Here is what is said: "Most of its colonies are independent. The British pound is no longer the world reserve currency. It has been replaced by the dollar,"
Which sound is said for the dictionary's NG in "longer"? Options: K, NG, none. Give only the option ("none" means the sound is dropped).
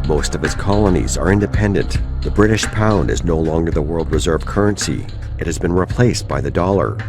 NG